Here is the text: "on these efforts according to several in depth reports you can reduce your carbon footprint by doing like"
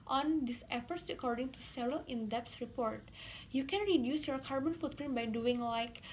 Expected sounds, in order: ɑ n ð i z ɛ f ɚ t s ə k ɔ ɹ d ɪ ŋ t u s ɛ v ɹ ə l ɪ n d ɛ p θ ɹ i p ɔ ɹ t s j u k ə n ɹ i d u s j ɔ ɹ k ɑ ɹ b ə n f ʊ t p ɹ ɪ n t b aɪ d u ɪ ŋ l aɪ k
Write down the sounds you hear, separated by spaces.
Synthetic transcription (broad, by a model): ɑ n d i s ɛ f ɚ t s ə k ɔ ɹ d ɪ ŋ t u s ɛ v ɹ ə l ɪ n d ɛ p s ɹ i p ɔ ɹ t j u k ə n ɹ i d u s j ɔ ɹ k ɑ ɹ b ə n f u t p ɹ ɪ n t b aɪ d u ɪ ŋ l aɪ k